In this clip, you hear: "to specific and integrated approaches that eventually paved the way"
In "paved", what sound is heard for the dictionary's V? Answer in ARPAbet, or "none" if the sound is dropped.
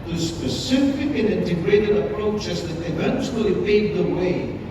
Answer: none